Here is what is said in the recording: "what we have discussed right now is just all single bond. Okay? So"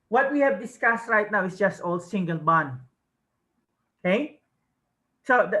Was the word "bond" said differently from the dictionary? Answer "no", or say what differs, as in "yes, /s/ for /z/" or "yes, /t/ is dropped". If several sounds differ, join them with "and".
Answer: yes, /d/ is dropped